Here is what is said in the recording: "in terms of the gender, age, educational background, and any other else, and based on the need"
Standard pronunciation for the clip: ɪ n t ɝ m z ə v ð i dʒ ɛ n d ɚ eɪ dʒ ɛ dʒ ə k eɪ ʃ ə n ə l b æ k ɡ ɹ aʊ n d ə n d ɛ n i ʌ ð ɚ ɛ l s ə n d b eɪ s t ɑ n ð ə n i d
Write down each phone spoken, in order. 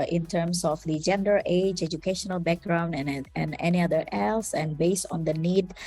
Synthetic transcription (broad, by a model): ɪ n t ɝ m s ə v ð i dʒ ɛ n d ɚ eɪ dʒ ɛ dʒ ə k eɪ ʃ ə n ə l b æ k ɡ ɹ aʊ n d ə n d ɛ n i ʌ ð ɚ ɛ l s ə n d b eɪ s t ɑ n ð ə n i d